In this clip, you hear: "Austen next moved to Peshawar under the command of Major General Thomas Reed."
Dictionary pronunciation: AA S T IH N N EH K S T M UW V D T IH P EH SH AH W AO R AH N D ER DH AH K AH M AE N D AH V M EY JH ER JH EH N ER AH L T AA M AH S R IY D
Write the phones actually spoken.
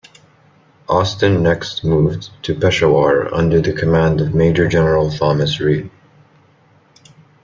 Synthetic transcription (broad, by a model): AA S T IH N N EH K S T M UW V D T IH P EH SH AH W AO R AH N D ER DH AH K AH M AE N D AH V M EY JH ER JH EH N ER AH L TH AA M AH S R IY